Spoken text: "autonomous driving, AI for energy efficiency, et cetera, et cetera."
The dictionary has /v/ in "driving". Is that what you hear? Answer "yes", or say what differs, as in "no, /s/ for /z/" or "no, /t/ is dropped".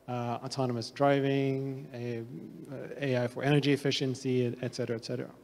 yes